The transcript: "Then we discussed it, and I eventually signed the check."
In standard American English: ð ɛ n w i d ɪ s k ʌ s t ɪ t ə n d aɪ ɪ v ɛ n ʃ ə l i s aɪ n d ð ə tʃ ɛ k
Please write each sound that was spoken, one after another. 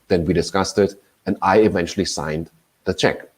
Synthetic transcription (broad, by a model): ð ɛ n w i d ɪ s k ʌ s t ɪ t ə n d aɪ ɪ v ɛ n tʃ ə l i s aɪ n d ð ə tʃ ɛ k